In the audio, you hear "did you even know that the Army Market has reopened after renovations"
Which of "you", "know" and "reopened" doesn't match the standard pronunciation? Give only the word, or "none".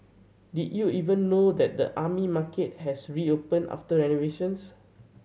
reopened